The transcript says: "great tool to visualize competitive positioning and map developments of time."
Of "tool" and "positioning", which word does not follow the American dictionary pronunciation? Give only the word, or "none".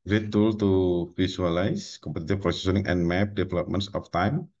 positioning